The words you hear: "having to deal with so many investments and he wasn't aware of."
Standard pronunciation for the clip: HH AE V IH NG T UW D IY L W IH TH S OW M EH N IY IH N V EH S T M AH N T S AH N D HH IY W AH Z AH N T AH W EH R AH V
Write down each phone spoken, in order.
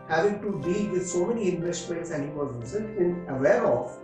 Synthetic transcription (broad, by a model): HH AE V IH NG T UW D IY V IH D S OW M EH N IY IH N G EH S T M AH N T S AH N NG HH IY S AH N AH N AH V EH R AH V